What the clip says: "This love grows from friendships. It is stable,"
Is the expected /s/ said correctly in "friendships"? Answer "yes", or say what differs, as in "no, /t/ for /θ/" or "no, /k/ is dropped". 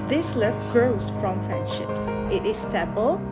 yes